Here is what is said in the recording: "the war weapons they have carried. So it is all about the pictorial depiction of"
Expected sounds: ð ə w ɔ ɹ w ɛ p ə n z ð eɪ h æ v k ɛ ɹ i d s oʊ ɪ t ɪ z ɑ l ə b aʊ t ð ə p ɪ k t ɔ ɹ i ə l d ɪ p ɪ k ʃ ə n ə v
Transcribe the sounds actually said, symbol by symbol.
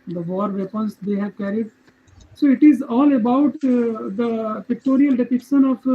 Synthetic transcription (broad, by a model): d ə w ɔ ɹ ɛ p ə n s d eɪ h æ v k ɛ ɹ i d s oʊ ɪ t ɪ z ɑ l ə b aʊ t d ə p ɪ k t ɔ ɹ i ə l d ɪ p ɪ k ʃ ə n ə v